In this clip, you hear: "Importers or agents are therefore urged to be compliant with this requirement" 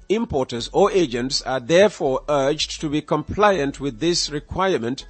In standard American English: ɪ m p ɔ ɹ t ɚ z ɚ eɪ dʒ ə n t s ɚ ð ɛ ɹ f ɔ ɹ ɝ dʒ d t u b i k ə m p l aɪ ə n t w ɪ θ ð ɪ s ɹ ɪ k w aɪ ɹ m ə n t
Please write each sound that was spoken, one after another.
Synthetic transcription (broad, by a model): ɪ m p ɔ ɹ t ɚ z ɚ eɪ dʒ ə n t s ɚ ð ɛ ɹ f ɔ ɹ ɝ dʒ t u b i k ə m p l aɪ ə n t w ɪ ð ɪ s ɹ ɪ k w aɪ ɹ m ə n t